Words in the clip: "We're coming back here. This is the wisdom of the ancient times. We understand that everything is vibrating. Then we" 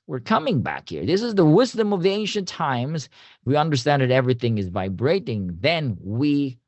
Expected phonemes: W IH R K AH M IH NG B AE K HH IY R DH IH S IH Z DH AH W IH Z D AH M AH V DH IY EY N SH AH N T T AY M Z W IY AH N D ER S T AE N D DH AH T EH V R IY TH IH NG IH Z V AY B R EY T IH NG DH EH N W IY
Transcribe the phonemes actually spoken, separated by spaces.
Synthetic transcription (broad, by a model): W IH R K AH M IH NG B AE K HH IY R DH IH S IH Z DH AH W IH Z D AH M AH V DH IY EY N SH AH N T T AY M Z W IY AH N D ER S T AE N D DH AH T EH V R IY TH IH NG IH Z V AY B R EY T IH NG DH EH N W IY